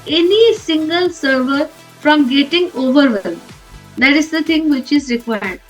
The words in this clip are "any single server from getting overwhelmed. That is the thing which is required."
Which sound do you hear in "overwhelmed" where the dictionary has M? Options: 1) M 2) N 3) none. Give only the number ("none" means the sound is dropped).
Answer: 3